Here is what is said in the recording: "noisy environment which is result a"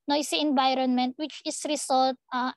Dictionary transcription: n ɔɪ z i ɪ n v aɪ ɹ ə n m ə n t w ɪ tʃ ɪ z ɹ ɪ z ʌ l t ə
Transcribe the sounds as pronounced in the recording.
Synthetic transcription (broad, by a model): n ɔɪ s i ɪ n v aɪ ɹ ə n m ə n t w ɪ tʃ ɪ s ɹ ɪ s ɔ l t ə